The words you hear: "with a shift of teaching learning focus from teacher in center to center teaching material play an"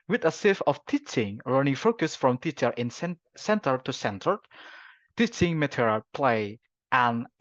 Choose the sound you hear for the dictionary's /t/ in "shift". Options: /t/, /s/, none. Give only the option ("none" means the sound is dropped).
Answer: none